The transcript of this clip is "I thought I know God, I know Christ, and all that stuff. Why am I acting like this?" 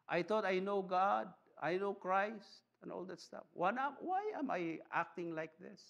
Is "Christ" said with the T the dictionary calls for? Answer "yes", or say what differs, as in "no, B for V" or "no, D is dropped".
yes